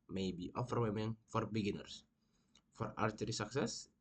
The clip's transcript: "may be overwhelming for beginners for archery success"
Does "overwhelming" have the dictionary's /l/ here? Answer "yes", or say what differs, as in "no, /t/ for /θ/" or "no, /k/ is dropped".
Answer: no, /l/ is dropped